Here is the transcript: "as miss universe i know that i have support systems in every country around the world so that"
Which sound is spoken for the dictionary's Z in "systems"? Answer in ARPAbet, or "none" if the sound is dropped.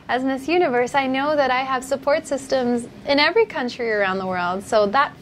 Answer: Z